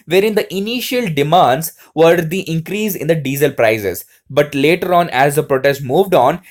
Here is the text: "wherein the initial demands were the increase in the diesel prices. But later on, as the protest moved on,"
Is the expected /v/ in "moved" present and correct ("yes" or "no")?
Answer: yes